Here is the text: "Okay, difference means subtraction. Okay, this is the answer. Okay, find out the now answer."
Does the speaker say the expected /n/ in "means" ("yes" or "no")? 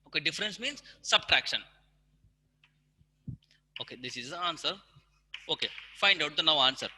yes